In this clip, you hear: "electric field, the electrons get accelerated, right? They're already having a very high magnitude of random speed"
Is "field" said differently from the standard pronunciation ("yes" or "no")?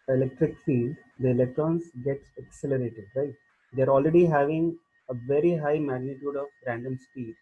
yes